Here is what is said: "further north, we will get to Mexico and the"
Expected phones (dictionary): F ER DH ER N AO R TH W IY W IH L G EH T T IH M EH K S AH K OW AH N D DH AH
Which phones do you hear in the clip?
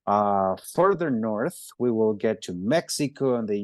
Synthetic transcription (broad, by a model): F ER DH ER N AO R TH W IY W IH L G EH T T IH M EH K S AH K OW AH N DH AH